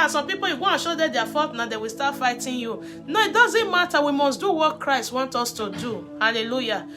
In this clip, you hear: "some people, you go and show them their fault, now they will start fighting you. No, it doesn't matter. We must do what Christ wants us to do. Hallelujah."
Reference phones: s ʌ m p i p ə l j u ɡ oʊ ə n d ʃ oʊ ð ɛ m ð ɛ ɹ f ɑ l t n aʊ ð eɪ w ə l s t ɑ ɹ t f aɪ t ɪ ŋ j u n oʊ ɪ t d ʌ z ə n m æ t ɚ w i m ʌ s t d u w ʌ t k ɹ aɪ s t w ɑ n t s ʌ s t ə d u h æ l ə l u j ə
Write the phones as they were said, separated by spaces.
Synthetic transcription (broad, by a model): s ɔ m p i p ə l j u ɡ oʊ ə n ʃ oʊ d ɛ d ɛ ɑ f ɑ t n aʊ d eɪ w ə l s t ɑ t f aɪ t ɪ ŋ j u n oʊ ɪ t d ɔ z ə n m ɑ t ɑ w i m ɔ s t d u w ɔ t k ɹ aɪ s t w ɑ n t ɔ s t ə d u h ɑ l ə l u j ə